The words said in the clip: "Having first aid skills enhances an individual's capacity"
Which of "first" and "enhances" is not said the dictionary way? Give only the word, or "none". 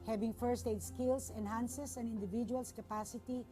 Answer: enhances